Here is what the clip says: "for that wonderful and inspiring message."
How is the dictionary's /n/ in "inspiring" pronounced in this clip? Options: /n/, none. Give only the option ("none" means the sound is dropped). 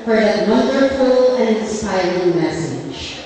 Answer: none